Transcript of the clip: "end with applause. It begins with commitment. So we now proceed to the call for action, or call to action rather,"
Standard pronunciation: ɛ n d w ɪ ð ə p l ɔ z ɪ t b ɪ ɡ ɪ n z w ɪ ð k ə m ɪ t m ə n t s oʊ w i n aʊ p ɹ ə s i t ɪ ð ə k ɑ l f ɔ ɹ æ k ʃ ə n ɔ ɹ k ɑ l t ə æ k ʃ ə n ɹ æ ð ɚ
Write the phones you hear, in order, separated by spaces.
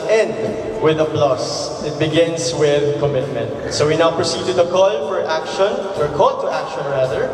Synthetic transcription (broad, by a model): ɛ n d w ɪ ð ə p l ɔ s ɪ t b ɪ ɡ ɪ n s w ɪ ð k ə m ɪ t m ə n t s oʊ w i n aʊ p ɹ ə s i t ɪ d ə k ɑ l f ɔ ɹ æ k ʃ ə n ɔ ɹ k ɑ l t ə æ k ʃ ə n ɹ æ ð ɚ